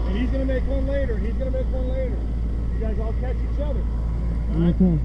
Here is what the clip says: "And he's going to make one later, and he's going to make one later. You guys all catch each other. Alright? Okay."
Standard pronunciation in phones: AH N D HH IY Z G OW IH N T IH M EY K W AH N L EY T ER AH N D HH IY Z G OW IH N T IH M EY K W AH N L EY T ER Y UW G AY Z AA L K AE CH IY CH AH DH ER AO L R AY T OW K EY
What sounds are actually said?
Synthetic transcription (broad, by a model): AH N HH IY Z G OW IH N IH M EY K W AH N L EY T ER AH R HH IY Z G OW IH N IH M EY K W AH N L EY T ER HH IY G AY Z AA L K AE CH IY CH AH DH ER R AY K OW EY